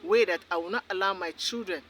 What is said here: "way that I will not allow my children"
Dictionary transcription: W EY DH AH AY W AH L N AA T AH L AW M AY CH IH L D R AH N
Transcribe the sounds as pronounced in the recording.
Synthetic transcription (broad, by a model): W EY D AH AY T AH W N AA T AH L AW M AY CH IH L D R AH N